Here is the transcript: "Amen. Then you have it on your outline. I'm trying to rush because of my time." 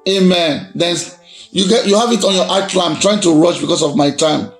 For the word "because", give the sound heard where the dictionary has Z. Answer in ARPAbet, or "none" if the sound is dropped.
S